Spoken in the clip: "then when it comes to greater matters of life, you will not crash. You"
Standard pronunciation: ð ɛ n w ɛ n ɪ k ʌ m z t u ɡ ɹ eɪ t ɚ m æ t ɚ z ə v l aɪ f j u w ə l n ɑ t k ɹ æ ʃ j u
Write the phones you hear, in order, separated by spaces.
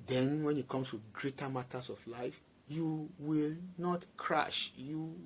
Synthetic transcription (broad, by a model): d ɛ n w ɛ n ɪ k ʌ m s t u ɡ ɹ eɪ t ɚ m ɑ t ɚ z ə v l aɪ f j u w ə l n ɑ t k ɹ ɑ ʃ j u